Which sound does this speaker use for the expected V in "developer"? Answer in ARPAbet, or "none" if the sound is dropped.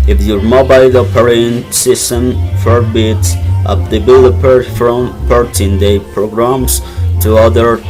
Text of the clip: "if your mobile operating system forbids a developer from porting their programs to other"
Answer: B